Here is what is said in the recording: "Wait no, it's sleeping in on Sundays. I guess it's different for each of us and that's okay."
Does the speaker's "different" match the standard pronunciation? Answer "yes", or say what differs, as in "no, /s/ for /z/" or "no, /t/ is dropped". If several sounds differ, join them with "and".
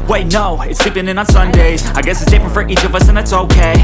no, /p/ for /f/